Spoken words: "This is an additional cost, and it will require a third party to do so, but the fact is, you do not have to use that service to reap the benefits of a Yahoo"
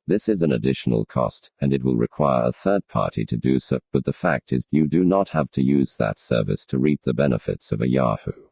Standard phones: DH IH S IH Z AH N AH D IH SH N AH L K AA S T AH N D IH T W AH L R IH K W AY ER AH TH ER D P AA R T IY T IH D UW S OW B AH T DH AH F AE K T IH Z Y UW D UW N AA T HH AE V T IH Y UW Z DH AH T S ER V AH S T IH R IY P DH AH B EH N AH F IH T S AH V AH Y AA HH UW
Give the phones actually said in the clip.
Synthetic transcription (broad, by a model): DH IH S IH Z AH N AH D IH SH N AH L K AA S T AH N IH T W AH L R IH K W AY ER AH TH ER D P AA R T IY T IH D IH S OW B AH T DH AH F AE K T IH Z Y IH D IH N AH T HH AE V T IH Y UW Z DH AH T S ER V AH S T IH R IY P DH AH B EH N AH F IH T S AH V AH Y AA HH UW